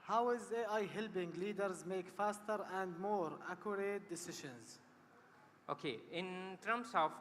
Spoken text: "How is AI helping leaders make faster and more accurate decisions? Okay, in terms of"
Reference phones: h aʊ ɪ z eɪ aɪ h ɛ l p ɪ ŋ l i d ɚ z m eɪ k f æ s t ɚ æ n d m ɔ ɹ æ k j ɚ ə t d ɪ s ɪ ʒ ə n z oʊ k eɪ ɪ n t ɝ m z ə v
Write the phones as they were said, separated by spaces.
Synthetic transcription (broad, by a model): h aʊ ɪ z eɪ aɪ h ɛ l b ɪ ŋ l i d ɚ z m eɪ k f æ s t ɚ æ n d m ɔ ɹ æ k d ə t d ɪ s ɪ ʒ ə n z oʊ k eɪ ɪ n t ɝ m s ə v